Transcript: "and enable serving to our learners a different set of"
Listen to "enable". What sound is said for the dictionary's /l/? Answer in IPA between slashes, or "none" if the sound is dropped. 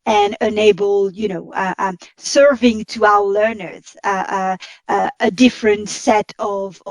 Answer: /n/